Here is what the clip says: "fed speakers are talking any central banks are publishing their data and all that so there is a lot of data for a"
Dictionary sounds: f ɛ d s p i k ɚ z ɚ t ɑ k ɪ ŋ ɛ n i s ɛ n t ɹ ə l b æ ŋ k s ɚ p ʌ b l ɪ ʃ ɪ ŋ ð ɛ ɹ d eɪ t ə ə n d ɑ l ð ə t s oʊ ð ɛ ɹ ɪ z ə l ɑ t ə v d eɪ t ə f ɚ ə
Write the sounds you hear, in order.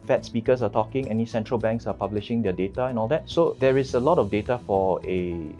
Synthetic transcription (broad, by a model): f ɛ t s p i k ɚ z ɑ t ɑ k ɪ ŋ ɛ n i s ɛ n t ɹ ə l b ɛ ŋ k s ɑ p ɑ b l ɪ ʃ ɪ ŋ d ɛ d eɪ t ə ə n ɑ l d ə t s oʊ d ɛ ɹ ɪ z ə l ɑ t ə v d eɪ t ə f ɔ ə